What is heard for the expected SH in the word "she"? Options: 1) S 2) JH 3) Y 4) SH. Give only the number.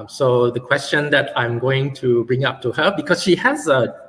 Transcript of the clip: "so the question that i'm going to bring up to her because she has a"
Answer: 4